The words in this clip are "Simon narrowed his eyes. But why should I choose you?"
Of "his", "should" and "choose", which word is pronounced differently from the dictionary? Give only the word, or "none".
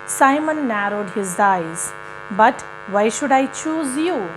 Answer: none